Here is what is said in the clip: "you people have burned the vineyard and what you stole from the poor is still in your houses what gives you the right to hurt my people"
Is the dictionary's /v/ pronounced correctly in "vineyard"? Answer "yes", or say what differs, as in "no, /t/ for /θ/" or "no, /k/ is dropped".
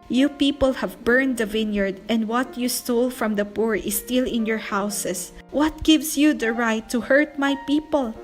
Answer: yes